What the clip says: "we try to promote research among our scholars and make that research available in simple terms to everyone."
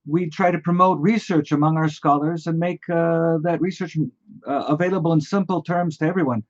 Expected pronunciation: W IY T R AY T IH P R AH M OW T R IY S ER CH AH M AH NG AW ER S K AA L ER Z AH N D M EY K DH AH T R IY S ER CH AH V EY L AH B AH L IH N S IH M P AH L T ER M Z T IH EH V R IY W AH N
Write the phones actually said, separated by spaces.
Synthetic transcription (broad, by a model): W IY T R AY T IH P R AH M OW T R IY S ER CH AH M AH NG AW ER S K AA L ER Z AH N M EY K DH AH T R IY S ER CH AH V EY L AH B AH L IH N S IH M P L T ER M Z T IH EH V R IY W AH N